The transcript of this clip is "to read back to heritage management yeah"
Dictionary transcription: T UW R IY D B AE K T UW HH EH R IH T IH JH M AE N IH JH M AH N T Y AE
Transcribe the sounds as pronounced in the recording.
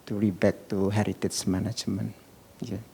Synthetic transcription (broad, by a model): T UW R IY B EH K T UW HH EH R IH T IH CH M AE N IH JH M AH N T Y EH